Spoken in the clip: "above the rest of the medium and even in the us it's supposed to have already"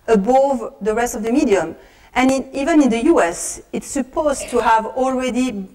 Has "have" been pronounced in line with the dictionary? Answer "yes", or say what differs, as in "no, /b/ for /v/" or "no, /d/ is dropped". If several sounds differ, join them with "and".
yes